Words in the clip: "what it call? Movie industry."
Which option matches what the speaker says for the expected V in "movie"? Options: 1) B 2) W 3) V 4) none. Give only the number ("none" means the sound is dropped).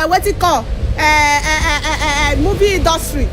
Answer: 1